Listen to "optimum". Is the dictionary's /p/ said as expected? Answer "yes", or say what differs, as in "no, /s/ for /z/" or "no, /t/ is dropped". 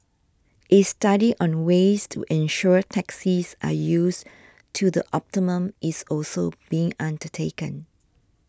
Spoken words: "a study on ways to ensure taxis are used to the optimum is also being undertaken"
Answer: yes